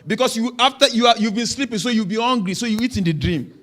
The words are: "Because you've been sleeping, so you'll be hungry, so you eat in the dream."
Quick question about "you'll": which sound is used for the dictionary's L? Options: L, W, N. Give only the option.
W